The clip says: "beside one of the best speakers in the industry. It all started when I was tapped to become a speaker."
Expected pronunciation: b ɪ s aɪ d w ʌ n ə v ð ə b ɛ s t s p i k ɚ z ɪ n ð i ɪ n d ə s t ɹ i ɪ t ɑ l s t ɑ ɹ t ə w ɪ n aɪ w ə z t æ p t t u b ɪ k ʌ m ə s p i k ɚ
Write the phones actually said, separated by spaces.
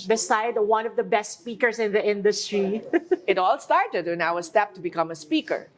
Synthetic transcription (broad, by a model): b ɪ s aɪ d w ʌ n ə v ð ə b ɛ s t s p i k ɚ s ɪ n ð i ɪ n d ə s t ɹ i ɪ t ɑ l s t ɑ ɹ t ə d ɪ n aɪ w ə s t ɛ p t t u b ɪ k ʌ m ə s p i k ɚ